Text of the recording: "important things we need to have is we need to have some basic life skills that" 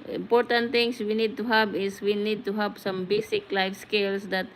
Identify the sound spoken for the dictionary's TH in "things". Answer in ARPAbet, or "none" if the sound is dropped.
T